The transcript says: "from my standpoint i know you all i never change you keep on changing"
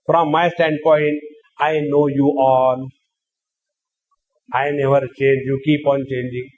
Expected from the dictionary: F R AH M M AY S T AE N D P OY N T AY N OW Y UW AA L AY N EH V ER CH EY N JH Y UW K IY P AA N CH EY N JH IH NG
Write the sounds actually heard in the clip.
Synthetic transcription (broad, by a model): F R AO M M AY S T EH N D P OY N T AY N OW Y UW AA N AY N EH V ER CH EY N JH Y UW K IY P AA N CH EY N JH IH NG